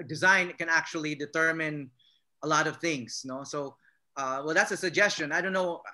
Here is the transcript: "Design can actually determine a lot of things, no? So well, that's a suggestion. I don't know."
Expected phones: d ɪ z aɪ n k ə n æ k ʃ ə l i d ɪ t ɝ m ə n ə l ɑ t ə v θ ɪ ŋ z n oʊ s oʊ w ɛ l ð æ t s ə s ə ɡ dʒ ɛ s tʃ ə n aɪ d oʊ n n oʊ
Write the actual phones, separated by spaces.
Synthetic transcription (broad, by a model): d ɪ z aɪ n k ə n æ k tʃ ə l i d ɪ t ɝ m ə n ə l ɑ t ə v θ ɪ ŋ z n oʊ s oʊ w ɛ l ð æ t s ə s ə ɡ dʒ ɛ s tʃ ə n aɪ d oʊ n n oʊ